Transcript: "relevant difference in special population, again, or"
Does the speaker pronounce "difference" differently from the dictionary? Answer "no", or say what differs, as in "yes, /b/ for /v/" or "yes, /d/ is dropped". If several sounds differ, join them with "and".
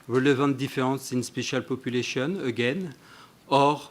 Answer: yes, /n/ is dropped